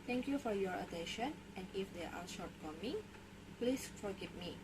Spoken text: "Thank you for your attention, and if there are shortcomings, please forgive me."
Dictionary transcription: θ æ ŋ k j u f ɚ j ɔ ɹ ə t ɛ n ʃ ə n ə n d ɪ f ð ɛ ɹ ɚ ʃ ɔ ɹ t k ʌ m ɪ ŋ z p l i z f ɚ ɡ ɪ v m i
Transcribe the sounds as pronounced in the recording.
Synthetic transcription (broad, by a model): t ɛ ŋ k j u f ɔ j ɔ ɹ ə t ɛ n ʃ ə n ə n ɪ f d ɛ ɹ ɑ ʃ ɔ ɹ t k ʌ m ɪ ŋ p l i s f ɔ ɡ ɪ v m i